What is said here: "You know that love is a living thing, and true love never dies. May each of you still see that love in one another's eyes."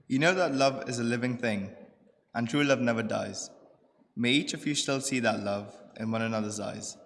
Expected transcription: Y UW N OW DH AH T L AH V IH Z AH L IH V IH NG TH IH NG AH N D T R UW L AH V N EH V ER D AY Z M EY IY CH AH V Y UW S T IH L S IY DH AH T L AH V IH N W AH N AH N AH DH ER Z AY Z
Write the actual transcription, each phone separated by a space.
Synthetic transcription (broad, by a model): Y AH N OW DH AH T L AH V IH Z AH L IH V IH NG TH IH NG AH N T R UW L AH V N EH V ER D AY Z M EY IY CH AH V Y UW S T IH L S IY DH AH T L AH V IH N W AH N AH N AH DH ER Z AY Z